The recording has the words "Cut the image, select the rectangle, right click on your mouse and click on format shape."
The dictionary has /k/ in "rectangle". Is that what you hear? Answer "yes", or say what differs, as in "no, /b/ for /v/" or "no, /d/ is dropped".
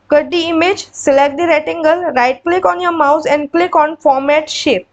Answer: no, /k/ is dropped